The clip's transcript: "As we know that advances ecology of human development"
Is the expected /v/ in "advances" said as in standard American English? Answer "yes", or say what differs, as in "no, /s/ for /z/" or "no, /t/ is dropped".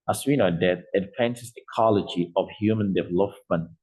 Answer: no, /p/ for /v/